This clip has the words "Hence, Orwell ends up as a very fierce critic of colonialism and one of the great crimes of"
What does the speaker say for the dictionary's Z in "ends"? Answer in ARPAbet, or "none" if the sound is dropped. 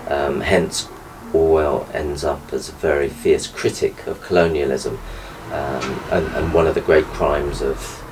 Z